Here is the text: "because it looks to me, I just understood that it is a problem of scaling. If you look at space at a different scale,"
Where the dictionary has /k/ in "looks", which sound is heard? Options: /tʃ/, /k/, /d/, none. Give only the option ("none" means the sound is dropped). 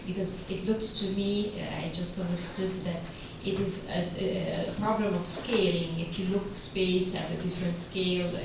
/k/